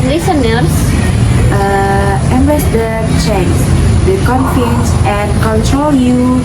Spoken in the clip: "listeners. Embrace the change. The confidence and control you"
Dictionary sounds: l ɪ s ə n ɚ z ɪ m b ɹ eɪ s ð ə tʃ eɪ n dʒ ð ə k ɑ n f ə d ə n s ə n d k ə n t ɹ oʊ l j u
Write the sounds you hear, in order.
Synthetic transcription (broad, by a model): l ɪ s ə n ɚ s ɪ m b eɪ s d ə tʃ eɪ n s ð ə k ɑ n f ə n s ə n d k ə n t ɹ oʊ l j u